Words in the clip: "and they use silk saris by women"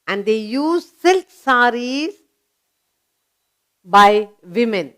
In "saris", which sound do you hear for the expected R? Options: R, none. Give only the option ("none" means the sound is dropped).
R